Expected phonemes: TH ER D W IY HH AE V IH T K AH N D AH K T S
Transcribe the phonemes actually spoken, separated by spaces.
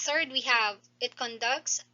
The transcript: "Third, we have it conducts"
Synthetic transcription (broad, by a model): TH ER D W IY HH AE V IH T K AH N D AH K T S